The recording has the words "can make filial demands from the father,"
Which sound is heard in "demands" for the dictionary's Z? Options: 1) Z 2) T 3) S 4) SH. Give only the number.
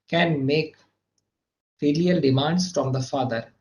3